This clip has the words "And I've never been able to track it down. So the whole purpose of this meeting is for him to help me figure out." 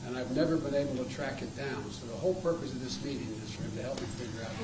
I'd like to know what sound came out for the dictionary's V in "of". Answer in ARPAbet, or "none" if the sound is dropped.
V